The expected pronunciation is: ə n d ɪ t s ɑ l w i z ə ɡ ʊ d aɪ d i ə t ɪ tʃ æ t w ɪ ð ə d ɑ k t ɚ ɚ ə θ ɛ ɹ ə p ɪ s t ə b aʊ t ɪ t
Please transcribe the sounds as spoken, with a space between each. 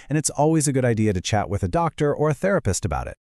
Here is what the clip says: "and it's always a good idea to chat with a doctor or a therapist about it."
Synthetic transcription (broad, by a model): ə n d ɪ t s ɑ l w i z ə ɡ ʊ d aɪ d i ə t ɪ tʃ æ t w ɪ ð ə d ɑ k t ɚ ɚ ə θ ɛ ɹ ə p ɪ s t ə b aʊ t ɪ t